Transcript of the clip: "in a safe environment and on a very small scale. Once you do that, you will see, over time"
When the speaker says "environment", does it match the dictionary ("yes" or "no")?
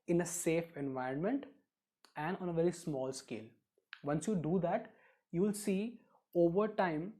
yes